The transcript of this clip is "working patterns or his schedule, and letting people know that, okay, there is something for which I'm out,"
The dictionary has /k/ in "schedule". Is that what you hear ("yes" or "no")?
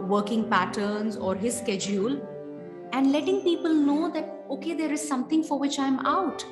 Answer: yes